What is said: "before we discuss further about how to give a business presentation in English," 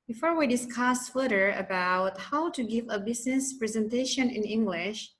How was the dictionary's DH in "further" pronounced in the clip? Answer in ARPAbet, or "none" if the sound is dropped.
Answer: none